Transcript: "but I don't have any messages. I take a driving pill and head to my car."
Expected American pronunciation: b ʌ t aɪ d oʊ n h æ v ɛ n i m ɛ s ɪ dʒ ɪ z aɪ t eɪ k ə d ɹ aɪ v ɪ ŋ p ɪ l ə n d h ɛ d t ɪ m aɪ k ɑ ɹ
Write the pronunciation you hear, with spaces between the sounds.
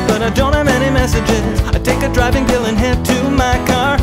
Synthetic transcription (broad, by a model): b ʌ t aɪ d oʊ n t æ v ɛ n i m ɛ s ɪ dʒ ɪ z aɪ t eɪ k ə d ɹ aɪ v ɪ ŋ b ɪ l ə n h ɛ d t ɪ m aɪ k ɑ ɹ